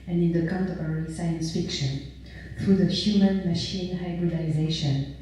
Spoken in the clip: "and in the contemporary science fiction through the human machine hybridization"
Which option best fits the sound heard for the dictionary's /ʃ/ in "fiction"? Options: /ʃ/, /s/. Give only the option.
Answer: /ʃ/